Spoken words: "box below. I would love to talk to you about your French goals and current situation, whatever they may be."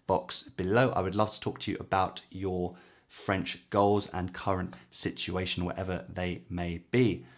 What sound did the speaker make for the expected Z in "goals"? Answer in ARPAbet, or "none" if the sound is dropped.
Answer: Z